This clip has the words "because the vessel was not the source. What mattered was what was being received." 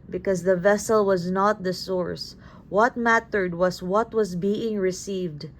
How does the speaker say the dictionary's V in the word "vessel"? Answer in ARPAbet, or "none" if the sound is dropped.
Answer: V